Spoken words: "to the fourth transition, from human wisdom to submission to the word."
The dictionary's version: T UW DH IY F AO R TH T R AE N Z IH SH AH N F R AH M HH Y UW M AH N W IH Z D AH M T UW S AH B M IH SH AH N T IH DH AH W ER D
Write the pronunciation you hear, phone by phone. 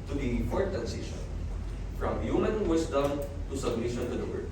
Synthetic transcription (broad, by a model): T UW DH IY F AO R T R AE N S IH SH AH N F R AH M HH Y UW M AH N W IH S D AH M T UW S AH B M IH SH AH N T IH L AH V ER